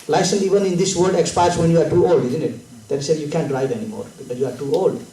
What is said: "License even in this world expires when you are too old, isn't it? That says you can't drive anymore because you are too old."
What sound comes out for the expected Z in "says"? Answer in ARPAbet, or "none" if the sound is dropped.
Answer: none